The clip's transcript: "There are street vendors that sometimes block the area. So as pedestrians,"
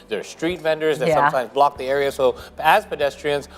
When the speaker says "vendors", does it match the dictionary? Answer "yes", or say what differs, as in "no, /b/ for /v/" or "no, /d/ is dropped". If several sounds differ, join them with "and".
yes